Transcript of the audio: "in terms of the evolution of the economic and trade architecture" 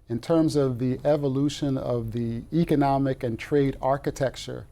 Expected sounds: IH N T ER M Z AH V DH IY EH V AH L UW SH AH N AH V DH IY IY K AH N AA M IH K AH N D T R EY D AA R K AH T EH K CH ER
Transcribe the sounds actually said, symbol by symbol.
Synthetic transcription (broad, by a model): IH N T ER M Z AH V DH IY EH V AH L UW SH AH N AH V DH IY IY K AH N AA M IH K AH N T R EY D AA R K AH T EH K CH ER